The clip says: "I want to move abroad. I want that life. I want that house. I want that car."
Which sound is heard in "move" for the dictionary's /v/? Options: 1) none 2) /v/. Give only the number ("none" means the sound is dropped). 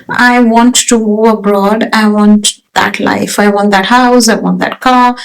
1